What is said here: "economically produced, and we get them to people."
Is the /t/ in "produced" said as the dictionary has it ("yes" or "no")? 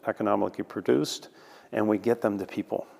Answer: yes